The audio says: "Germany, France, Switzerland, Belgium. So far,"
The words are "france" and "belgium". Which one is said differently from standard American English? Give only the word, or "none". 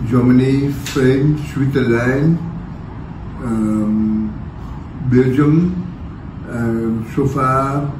france